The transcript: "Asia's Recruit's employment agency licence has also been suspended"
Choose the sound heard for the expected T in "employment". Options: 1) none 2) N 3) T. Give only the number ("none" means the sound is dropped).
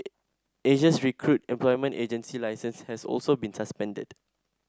3